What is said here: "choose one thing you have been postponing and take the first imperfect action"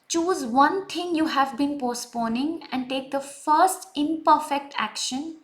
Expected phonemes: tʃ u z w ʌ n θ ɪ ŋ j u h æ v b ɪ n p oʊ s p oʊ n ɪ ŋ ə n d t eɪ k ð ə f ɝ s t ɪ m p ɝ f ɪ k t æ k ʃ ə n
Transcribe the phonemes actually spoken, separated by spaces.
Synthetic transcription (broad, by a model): tʃ u z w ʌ n t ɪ ŋ j u h æ v b ɪ n p oʊ s p oʊ n ɪ ŋ ə n d t eɪ k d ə f ɝ s t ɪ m p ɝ f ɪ k t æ k ʃ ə n